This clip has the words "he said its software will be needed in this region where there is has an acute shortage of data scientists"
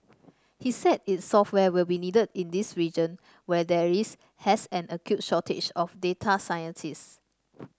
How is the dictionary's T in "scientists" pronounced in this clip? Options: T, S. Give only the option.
S